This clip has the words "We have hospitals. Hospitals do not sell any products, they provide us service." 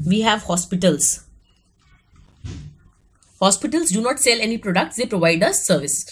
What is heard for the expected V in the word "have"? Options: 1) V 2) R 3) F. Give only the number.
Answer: 1